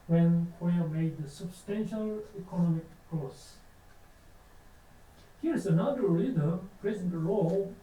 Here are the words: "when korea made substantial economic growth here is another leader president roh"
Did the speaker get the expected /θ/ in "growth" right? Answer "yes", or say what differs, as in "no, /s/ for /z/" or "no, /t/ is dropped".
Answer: no, /s/ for /θ/